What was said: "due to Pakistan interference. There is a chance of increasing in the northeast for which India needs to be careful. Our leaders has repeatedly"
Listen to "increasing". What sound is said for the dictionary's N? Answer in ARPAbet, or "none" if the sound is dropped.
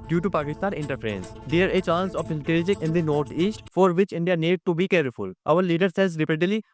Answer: L